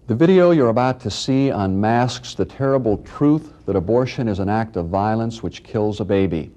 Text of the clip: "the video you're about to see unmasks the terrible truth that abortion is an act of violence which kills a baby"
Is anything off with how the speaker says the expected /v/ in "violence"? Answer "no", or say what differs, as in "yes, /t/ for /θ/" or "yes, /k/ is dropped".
no